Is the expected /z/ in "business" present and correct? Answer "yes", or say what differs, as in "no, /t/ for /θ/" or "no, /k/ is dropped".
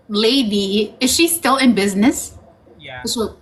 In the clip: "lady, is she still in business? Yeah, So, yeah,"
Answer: yes